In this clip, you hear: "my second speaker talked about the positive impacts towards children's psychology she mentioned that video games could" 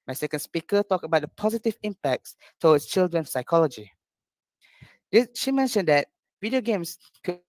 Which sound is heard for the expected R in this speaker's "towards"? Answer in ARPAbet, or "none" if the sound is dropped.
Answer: W